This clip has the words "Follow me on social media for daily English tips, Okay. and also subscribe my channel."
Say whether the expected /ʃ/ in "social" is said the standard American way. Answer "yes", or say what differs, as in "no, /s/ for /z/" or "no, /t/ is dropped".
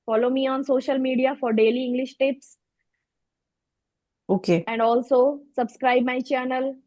yes